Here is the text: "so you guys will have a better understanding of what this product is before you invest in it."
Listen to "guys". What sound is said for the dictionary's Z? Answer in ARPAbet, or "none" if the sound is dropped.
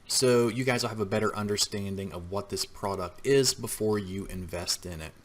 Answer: Z